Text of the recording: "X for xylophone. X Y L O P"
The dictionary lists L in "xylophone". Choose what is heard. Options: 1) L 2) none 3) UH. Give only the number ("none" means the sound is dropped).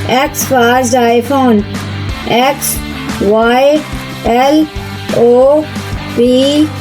2